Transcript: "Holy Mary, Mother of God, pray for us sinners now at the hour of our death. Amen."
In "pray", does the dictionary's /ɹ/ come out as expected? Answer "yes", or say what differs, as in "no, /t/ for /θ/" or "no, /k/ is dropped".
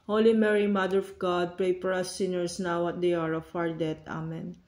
yes